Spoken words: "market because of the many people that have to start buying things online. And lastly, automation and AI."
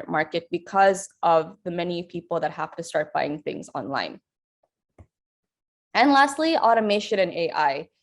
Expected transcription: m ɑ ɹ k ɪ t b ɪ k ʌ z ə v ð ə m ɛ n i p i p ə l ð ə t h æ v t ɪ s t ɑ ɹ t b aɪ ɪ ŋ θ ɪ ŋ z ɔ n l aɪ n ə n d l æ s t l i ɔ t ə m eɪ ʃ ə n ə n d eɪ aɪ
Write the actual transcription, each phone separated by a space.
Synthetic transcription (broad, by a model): m ɑ ɹ k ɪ t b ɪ k ʌ z ə v ð ə m ɛ n i p i p l ð ə t h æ f t ɪ s t ɑ ɹ t b aɪ ɪ ŋ θ ɪ ŋ z ɔ n l aɪ n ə n l æ s t l i ɔ t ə m eɪ ʃ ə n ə n eɪ aɪ